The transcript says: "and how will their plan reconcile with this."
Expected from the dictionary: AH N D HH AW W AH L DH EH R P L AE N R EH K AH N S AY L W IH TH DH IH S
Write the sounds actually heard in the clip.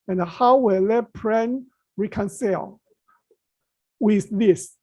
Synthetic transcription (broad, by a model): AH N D HH AW W AH L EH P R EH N R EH K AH N S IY L W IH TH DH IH S